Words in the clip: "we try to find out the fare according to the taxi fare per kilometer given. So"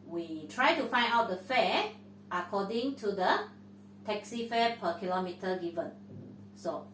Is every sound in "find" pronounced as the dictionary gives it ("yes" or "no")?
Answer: no